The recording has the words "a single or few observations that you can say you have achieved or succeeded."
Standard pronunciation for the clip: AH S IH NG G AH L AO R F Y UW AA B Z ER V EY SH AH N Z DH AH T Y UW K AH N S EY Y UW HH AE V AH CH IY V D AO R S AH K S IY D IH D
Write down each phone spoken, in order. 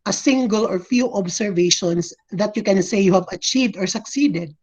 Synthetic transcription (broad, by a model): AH S IH NG G AH L AO R F Y UW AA B S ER V EY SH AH N S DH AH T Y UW K AH N S EY Y UW HH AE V AH CH IY V D AO R S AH K S IY D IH D